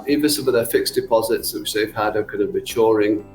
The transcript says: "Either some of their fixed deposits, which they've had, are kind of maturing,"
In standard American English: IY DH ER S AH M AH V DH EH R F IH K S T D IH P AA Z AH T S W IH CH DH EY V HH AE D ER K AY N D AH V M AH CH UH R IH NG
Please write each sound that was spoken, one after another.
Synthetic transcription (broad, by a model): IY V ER S AH M AH V DH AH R F IH K S D IH P AA Z AH T S W IH CH DH EY V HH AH D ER K AY N D AH V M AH CH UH R IH NG